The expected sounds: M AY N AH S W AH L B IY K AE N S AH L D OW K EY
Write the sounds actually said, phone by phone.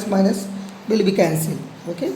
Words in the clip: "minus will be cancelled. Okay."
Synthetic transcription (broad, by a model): M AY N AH S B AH L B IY K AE N S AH L OW K EY